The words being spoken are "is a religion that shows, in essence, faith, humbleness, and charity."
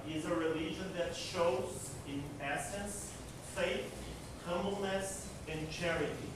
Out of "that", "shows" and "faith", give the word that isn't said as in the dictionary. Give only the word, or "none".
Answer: none